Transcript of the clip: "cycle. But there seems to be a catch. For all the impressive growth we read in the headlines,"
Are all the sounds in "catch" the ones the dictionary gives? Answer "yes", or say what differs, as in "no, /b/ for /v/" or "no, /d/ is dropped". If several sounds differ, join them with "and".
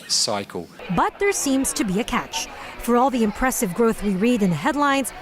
yes